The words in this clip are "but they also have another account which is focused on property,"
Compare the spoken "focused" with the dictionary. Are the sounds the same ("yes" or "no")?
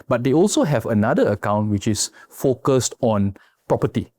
yes